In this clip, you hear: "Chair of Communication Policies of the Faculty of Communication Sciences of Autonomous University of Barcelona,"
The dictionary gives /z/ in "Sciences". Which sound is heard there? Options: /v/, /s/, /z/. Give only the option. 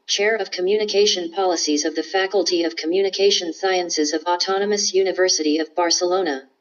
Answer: /z/